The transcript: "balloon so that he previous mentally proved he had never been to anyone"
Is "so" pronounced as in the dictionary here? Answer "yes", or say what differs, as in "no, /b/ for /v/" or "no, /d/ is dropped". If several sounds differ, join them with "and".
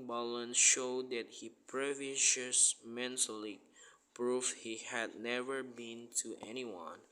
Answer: no, /ʃ/ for /s/